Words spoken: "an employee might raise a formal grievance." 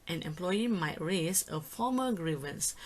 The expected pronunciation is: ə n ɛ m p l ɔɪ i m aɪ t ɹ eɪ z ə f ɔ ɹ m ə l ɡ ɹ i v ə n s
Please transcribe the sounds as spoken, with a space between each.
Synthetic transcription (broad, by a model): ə n ɛ m p l ɔɪ i m aɪ t ɹ eɪ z ə f ɔ m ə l ɡ ɹ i v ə n s